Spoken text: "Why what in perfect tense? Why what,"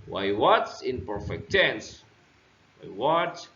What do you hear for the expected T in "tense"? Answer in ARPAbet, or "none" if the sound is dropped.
S